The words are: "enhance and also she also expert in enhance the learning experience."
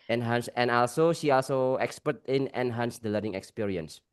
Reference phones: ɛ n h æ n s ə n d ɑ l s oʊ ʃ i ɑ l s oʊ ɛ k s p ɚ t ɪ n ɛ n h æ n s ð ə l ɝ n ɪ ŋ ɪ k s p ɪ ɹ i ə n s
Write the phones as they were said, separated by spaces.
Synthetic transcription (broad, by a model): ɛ n h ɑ n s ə n ɑ l s oʊ ʃ i ɑ l s oʊ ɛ k s p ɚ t ɪ n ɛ n h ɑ n s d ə l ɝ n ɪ ŋ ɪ k s p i ɹ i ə n s